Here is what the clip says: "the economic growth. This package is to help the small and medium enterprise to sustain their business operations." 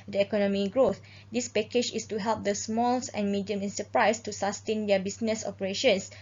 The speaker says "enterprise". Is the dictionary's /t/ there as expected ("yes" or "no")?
no